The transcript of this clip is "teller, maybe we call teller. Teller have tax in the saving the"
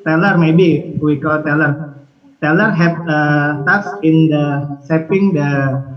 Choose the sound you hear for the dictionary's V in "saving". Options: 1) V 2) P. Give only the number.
2